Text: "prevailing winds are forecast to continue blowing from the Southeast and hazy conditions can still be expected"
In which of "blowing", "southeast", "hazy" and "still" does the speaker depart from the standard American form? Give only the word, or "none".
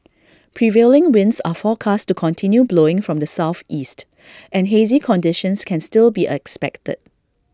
none